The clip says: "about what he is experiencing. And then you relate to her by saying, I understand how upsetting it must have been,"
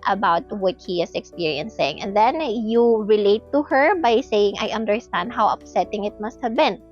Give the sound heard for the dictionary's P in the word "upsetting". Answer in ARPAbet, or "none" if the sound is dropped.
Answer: P